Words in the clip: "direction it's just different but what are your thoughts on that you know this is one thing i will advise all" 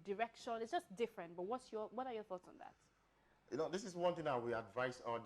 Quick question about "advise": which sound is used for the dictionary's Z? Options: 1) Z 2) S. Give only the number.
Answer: 2